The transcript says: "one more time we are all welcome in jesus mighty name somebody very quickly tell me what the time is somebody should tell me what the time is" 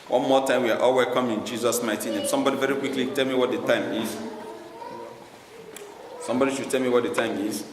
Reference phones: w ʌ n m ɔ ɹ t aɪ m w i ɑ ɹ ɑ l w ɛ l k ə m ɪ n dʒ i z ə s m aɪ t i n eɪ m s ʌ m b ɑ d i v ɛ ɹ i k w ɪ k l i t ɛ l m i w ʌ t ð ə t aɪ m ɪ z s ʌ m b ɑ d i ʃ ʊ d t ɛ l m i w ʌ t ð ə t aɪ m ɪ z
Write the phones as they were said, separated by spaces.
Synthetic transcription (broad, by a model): w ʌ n m ɔ t aɪ m w i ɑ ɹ ɑ l w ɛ k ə m ɪ n dʒ i z ə s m aɪ t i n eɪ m s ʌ m b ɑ d i v ɛ ɹ i k w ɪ k l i t ɛ l m i w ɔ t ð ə t aɪ m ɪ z s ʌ m b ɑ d i ʃ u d t ɛ l m i w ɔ t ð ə t aɪ m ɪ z